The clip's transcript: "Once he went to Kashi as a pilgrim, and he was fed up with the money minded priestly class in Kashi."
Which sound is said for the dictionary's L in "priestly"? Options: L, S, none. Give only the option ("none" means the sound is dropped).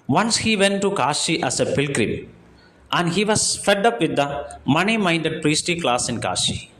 none